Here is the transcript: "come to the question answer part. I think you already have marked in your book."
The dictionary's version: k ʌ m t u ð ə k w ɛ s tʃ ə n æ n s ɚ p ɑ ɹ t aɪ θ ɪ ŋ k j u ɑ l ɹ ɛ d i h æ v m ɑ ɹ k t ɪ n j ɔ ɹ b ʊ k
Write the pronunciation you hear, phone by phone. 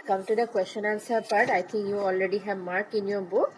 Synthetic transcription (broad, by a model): k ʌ m t u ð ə k w ɛ s tʃ ə n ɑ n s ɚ p ɑ ɹ t aɪ t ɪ ŋ k j u ɑ l ɹ ɛ d i h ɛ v m ɑ ɹ k ɪ n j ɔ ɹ b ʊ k